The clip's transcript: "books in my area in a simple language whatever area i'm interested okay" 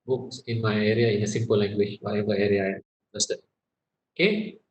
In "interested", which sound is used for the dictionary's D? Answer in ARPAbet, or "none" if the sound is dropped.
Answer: none